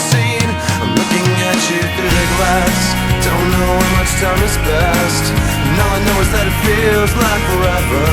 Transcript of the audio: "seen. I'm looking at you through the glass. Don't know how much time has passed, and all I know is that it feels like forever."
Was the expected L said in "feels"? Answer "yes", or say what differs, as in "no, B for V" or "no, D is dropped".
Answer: yes